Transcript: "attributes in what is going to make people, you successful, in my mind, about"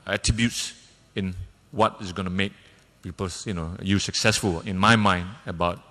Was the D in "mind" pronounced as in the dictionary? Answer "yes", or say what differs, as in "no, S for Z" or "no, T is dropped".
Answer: yes